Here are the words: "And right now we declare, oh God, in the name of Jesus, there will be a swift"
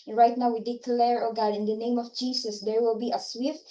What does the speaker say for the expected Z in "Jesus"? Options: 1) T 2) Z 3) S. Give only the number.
3